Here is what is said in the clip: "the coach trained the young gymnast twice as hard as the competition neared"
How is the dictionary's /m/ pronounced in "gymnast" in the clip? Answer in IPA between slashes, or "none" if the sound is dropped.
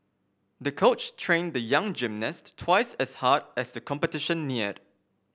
/m/